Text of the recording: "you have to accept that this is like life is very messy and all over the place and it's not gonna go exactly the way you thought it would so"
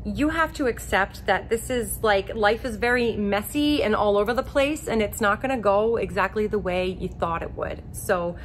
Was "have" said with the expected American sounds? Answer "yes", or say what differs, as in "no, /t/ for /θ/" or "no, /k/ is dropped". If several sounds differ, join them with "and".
no, /f/ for /v/